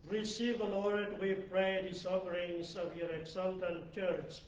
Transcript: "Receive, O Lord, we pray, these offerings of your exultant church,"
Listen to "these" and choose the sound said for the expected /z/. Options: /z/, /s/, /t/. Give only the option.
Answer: /s/